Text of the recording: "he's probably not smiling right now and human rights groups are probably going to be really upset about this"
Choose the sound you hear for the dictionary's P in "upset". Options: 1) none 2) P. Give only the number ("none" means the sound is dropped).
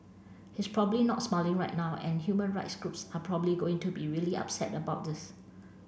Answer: 2